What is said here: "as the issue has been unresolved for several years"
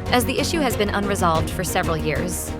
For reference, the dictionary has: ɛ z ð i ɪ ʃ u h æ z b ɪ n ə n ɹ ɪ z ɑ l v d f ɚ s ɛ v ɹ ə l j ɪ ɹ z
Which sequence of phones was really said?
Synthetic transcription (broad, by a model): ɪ z ð i ɪ ʃ u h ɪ z b ɪ n ə n ɹ ɪ z ɑ l v d f ɚ s ɛ v ɹ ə l j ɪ ɹ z